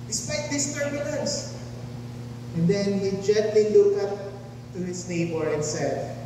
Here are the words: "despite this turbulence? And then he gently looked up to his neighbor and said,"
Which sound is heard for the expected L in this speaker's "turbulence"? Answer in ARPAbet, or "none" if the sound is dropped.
N